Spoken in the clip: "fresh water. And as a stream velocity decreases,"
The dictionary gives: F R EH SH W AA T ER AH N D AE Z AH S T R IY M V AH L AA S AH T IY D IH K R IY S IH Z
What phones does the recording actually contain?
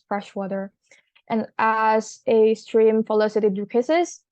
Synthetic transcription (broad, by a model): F R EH SH W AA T ER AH N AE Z AH S T R IY M F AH L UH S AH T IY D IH K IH S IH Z